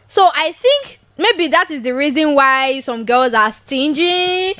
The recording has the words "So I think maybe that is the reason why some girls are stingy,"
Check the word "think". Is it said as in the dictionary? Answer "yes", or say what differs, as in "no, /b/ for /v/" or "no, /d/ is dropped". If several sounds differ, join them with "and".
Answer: yes